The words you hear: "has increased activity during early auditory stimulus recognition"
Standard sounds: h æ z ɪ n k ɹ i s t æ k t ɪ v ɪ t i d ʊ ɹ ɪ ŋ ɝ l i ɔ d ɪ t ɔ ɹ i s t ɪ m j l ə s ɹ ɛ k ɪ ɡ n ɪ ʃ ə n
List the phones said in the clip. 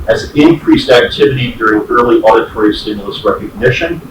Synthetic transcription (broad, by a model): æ z ɪ n k ɹ i s t æ k t ɪ v ɪ t i d ʊ ɹ ɪ ŋ ɝ l i ɔ d ɪ t ɔ ɹ i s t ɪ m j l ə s ɹ ɛ k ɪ ɡ n ɪ ʃ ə n